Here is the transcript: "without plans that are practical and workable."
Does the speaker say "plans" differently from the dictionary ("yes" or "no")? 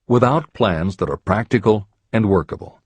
no